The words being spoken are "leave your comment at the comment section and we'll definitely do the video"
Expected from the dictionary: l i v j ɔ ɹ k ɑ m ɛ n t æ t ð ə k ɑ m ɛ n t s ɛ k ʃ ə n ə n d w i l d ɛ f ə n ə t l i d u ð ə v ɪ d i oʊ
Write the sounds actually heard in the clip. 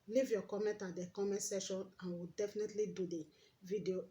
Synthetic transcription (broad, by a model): l i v j ɔ k ɑ m ɛ n t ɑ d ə k ɑ m ɛ n t s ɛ ʃ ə n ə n w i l d ɛ f ə n ə t l i d u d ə v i d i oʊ